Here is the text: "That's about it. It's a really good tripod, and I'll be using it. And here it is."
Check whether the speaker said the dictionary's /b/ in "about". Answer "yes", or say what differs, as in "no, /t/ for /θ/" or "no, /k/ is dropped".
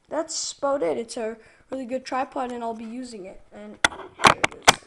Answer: no, /b/ is dropped